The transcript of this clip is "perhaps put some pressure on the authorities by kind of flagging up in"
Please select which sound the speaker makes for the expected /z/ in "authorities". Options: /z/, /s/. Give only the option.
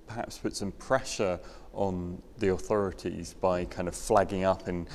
/z/